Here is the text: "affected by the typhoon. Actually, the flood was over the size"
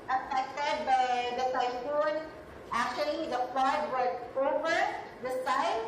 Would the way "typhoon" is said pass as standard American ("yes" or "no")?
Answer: no